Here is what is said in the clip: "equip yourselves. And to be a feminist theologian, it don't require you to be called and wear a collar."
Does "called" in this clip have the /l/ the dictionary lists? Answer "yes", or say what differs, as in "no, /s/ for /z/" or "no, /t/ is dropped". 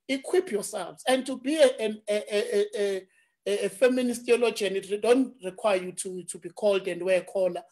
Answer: yes